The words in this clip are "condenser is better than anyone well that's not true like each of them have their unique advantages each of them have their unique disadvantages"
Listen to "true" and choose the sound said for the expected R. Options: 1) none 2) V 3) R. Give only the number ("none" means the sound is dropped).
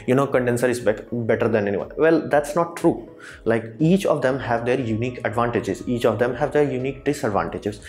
3